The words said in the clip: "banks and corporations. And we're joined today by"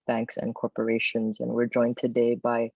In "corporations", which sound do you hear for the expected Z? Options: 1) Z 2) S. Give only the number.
1